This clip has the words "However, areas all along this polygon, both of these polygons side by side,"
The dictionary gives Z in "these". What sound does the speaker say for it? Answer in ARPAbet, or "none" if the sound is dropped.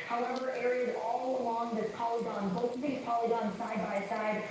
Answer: none